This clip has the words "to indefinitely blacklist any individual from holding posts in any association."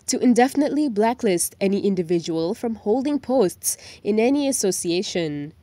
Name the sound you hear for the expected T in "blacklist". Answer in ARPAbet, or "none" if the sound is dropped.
T